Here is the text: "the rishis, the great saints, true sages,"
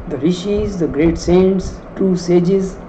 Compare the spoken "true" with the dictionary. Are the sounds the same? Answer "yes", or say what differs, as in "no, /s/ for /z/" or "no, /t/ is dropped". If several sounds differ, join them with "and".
no, /ɹ/ is dropped